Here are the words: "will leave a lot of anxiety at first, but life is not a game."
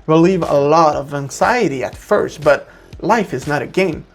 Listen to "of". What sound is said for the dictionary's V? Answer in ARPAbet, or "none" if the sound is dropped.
V